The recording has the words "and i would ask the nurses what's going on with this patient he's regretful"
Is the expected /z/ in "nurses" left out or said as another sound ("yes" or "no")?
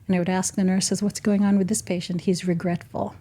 no